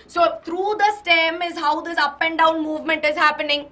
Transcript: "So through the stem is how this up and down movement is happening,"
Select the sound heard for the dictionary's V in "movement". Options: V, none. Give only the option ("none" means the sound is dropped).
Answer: V